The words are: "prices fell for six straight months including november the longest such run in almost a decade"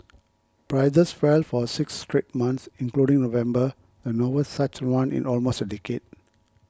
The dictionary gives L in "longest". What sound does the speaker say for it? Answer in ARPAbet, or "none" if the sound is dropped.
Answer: N